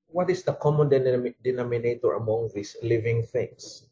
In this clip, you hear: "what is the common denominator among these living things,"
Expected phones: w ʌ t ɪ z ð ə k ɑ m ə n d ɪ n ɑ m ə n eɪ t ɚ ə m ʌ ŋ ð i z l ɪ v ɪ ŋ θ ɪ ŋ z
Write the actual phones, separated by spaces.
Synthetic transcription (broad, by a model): w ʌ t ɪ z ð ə k ɑ m ə n d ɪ n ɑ m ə n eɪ t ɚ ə m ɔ ŋ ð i s l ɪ v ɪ ŋ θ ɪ ŋ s